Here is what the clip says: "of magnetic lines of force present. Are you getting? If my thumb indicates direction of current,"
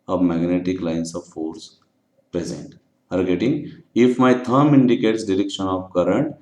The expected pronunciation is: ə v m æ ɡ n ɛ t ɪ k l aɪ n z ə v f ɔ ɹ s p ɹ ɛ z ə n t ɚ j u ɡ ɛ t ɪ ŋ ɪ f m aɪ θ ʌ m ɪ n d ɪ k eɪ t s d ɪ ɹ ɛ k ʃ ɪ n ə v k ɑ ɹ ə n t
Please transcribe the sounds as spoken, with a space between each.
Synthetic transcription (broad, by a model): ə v m æ ɡ n ɛ t ɪ k l aɪ n s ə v f ɔ ɹ s p ɹ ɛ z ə n t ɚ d ɡ ɛ t ɪ ŋ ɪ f m aɪ t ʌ m ɪ n d ɪ k eɪ t s d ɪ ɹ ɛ k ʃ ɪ n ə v k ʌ ɹ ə n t